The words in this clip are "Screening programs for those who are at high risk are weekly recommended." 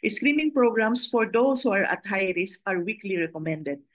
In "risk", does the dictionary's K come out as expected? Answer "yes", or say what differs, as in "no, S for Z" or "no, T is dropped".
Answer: no, K is dropped